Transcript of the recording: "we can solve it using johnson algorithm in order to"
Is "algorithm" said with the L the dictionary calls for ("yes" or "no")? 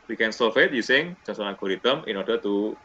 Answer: no